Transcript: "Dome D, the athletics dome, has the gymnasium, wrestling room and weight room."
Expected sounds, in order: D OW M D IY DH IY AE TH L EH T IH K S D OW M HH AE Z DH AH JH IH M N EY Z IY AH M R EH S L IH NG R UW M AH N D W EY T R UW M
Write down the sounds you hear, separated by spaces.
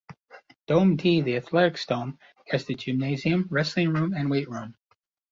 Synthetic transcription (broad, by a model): D OW M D IY DH IY AE TH L EH T IH K S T OW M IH Z DH AH JH IH M N EY Z IY AH M R EH S L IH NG R UW M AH N W EY T R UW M